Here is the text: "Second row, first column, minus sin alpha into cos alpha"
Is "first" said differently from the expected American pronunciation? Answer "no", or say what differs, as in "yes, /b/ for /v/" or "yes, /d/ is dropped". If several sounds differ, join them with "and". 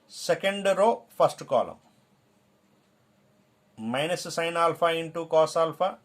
yes, /p/ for /f/